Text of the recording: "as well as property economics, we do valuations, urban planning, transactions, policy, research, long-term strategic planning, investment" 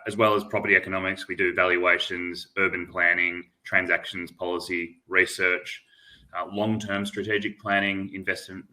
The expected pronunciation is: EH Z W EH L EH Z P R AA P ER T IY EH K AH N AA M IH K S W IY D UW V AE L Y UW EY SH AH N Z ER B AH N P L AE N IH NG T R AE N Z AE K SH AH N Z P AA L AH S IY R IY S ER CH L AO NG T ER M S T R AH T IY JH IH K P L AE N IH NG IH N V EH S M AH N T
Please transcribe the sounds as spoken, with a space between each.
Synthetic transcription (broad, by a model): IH Z W EH L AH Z P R AA P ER T IY EH K AH N AA M IH K S W IY D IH V AE L Y UW EY SH AH N Z ER B AH N P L AE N IH NG T R AE N Z AE K SH AH N Z P AA L AH S IY R IY S ER CH L AO NG T ER M S T R AH T IY JH IH K P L AE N IH NG IH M V EH S M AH N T